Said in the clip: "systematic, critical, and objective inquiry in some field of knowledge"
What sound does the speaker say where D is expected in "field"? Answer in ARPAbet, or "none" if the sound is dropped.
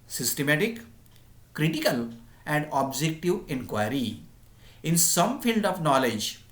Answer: D